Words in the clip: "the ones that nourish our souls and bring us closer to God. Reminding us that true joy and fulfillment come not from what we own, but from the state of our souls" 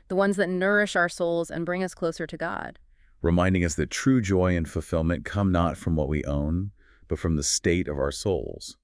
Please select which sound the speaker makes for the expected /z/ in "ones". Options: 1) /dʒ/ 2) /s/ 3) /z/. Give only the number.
3